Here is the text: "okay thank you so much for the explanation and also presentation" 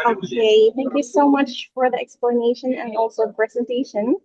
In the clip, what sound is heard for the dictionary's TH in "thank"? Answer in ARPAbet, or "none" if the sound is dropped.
TH